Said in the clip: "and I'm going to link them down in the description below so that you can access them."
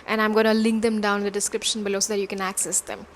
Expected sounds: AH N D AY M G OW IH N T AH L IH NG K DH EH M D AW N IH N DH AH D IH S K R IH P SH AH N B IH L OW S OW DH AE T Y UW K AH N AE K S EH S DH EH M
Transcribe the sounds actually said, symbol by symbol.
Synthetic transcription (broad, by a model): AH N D AY M G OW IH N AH L IH NG K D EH M D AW IH N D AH D IH S K R IH P SH AH N B IH L OW S OW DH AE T Y UW K AH N AE K S EH S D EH M